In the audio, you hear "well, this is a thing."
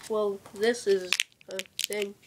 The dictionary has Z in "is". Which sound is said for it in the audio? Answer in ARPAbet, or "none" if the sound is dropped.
Z